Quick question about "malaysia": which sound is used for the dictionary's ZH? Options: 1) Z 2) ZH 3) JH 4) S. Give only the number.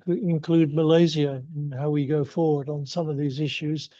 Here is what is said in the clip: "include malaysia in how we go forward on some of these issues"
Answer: 1